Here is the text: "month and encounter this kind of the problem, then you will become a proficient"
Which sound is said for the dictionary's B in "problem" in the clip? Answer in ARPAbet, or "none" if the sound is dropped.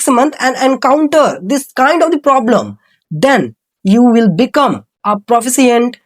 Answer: B